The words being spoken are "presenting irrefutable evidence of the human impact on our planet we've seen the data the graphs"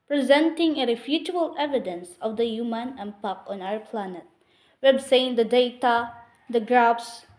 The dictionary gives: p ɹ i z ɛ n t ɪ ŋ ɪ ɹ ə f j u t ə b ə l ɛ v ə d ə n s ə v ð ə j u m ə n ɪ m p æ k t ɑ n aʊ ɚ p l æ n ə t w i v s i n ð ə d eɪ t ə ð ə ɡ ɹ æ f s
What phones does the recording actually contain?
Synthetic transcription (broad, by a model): p ɹ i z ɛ n t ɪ ŋ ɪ ɹ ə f j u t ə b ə l ɛ v ə d ə n s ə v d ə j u m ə n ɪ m p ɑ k ɑ n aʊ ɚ p l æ n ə t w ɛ b s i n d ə d eɪ t ə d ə ɡ ɹ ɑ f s